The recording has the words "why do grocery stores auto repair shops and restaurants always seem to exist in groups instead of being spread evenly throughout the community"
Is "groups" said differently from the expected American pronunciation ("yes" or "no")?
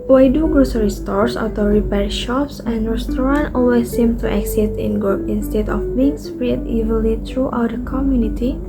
yes